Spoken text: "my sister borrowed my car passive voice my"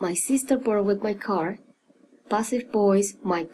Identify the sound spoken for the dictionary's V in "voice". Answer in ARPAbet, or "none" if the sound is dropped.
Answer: B